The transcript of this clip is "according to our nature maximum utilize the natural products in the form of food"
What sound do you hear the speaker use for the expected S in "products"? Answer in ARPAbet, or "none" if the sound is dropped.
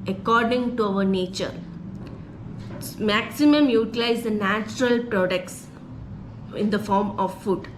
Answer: S